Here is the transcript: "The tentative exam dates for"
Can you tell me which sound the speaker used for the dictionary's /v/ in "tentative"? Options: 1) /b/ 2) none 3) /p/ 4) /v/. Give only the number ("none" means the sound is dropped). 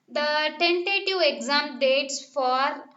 2